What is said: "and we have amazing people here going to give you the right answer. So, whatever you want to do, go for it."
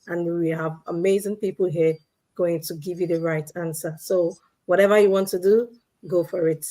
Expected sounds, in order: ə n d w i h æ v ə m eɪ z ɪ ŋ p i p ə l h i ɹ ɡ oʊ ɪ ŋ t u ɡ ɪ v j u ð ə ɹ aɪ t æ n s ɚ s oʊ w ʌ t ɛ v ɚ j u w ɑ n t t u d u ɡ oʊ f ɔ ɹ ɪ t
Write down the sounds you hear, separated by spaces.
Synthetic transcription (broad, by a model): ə n w i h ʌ v ə m eɪ z ɪ ŋ p i p l h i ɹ ɡ oʊ ɪ ŋ t u ɡ ɪ v j u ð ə ɹ aɪ t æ n s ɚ s oʊ w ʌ t ɛ v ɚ j u w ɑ n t t u d u ɡ oʊ f ɔ ɹ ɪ t